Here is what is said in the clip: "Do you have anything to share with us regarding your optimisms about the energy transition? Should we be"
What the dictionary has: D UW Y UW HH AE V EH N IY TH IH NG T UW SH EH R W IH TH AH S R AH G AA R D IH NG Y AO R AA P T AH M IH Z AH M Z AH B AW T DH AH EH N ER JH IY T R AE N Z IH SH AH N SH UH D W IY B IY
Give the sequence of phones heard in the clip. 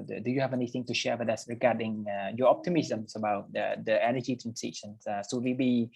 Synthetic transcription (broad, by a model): D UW Y UW HH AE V EH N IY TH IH NG T UW SH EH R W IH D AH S R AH G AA D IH NG Y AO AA P T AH M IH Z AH M S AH B AW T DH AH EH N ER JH IY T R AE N S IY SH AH N S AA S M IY B IY